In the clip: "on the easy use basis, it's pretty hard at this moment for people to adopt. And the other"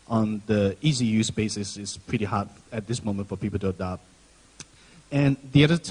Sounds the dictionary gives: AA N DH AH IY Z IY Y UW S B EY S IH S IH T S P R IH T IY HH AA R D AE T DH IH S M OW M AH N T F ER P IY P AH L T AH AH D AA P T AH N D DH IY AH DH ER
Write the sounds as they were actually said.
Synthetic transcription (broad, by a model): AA N DH AH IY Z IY Y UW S B EY S IH S IH T S P R IH T IY HH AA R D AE T DH IH S M OW M AH N T F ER P IY P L T AH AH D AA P AH N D DH IY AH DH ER